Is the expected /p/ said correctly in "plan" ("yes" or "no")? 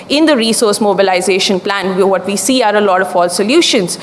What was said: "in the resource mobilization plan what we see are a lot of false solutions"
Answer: yes